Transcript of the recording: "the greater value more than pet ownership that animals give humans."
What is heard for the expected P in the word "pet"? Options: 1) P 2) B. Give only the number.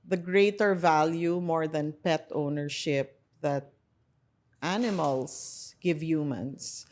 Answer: 1